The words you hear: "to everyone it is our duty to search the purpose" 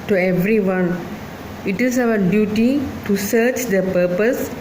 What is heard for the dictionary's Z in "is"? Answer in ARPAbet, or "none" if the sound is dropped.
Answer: S